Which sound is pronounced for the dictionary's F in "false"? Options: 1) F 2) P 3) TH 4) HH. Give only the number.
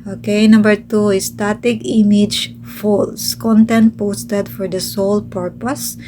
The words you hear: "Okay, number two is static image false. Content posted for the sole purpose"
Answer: 1